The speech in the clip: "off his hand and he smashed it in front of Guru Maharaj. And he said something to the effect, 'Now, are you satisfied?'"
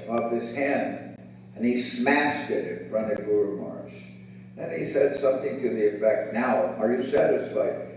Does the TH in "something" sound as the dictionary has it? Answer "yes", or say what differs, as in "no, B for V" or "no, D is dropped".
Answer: yes